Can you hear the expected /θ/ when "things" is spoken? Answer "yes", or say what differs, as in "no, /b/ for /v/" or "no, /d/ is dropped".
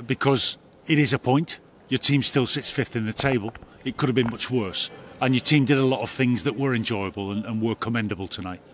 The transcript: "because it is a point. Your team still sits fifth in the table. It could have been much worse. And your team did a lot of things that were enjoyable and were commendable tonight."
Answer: yes